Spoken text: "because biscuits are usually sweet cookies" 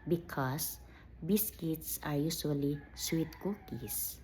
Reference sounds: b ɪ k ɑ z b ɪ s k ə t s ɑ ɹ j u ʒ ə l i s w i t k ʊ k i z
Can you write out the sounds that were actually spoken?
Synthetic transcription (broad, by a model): b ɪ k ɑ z b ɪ s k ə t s ɑ ɹ j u s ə l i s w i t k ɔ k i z